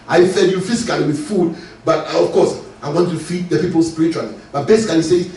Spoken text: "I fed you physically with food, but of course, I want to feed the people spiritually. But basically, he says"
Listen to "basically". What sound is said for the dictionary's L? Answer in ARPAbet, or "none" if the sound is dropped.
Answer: none